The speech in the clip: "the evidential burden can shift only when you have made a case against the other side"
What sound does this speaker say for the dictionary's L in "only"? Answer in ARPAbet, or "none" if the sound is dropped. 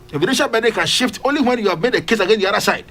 L